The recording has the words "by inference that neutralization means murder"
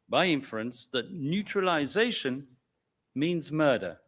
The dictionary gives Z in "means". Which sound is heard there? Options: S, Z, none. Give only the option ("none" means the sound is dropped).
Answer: Z